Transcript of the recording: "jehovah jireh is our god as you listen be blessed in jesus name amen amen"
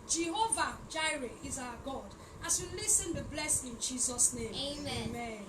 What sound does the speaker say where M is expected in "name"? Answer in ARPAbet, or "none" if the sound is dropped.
none